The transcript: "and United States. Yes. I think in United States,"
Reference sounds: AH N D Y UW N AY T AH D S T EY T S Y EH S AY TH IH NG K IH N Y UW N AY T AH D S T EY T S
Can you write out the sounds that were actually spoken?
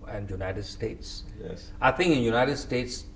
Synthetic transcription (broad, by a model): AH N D Y UW N AY T AH D S T EY T S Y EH AY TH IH NG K IH N Y UW N AY T AH D S T EY T S